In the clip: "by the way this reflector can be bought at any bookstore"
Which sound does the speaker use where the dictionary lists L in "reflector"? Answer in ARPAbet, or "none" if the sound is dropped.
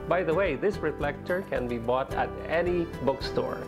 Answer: L